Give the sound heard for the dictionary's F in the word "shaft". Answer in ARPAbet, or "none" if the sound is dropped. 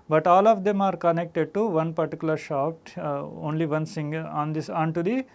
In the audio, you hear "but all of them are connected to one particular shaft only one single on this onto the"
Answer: P